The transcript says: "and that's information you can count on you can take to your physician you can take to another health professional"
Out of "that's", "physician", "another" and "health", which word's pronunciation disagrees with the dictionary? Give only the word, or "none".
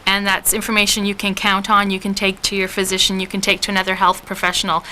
none